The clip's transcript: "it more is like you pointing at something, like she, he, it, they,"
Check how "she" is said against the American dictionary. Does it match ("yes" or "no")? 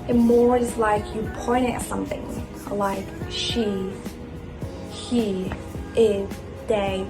yes